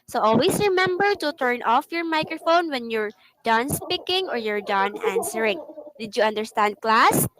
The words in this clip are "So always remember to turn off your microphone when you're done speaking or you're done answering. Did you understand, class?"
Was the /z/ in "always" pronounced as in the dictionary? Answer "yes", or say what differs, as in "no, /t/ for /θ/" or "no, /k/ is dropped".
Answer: no, /s/ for /z/